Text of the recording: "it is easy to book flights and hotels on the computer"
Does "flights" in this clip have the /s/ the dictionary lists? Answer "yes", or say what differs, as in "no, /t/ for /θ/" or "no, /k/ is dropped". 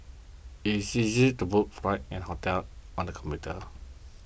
no, /s/ is dropped